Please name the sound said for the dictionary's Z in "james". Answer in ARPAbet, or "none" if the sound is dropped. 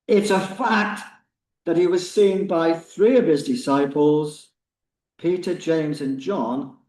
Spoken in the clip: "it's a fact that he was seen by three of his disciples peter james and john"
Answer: Z